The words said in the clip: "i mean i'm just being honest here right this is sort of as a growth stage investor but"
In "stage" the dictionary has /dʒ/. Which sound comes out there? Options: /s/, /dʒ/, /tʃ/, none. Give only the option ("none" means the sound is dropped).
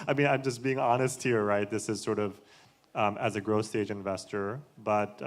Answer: /dʒ/